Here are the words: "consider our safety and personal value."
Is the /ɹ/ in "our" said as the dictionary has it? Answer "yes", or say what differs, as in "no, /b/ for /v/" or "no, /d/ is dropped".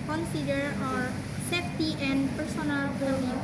yes